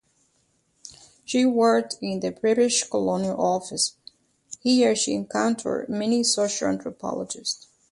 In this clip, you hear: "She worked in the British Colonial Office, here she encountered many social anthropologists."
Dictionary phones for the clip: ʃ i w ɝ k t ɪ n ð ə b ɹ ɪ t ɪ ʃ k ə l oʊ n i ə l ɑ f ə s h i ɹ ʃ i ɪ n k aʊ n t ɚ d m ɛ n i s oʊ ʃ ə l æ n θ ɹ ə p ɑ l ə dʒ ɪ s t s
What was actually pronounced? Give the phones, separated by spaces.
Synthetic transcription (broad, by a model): ʃ i w ɝ k t ɪ n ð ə b ɹ ɪ t ɪ ʃ k ə l oʊ n i ə l ɑ f ə s h i ɹ ʃ i ɪ n k aʊ n t ɚ d m ɛ n i s oʊ ʃ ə l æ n t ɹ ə p ɑ l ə dʒ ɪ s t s